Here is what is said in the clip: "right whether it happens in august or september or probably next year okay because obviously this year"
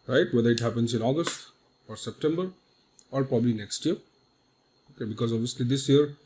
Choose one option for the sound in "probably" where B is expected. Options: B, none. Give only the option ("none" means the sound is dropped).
B